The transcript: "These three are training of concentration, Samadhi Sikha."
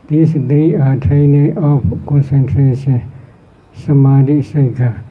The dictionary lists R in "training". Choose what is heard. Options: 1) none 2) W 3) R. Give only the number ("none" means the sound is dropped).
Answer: 1